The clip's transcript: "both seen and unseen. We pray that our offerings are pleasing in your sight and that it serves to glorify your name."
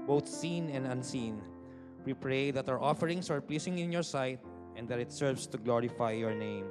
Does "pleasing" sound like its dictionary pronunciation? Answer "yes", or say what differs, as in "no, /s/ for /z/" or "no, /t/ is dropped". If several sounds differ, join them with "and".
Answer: no, /s/ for /z/